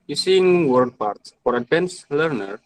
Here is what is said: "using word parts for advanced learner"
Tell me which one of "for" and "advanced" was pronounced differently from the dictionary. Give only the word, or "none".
advanced